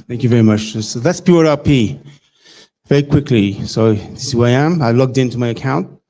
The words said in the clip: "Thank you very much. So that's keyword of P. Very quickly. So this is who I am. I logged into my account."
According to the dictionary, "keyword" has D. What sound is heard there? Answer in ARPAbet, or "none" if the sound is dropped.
none